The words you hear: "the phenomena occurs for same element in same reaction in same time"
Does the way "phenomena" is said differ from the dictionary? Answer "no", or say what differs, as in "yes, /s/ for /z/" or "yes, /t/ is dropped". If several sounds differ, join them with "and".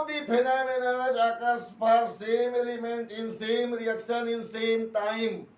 yes, /p/ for /f/